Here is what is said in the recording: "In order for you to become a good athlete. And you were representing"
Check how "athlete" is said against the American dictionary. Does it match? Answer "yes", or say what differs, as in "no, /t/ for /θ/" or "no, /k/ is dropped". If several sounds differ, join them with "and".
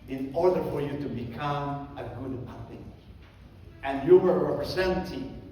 no, /l/ is dropped